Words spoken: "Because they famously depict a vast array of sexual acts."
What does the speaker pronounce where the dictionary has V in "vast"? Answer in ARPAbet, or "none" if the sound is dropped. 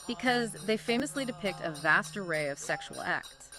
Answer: V